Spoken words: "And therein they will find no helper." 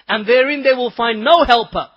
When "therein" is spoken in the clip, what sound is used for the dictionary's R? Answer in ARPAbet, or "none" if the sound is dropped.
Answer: R